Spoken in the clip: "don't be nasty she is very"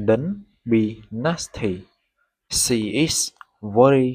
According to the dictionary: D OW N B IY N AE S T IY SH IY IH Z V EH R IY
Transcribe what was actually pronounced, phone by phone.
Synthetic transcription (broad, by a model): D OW N B IY N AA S T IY S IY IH S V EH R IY